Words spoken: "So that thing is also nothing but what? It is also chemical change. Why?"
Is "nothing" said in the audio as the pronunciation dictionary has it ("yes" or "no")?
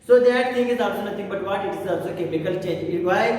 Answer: no